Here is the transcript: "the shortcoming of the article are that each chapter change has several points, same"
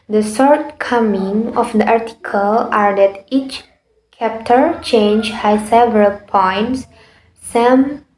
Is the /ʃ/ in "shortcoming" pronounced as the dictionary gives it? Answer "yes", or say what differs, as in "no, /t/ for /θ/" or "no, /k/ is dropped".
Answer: no, /s/ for /ʃ/